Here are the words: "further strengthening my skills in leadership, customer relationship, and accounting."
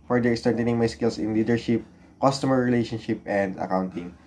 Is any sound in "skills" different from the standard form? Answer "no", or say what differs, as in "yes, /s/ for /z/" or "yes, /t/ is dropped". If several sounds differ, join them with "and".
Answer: yes, /s/ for /z/